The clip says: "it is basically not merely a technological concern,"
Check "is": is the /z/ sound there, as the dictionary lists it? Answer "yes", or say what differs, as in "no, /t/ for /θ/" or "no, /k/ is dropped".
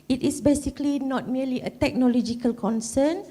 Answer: no, /s/ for /z/